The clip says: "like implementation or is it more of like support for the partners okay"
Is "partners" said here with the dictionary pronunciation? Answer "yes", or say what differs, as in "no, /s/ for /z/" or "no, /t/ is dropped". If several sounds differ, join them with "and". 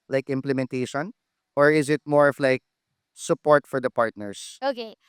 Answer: no, /s/ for /z/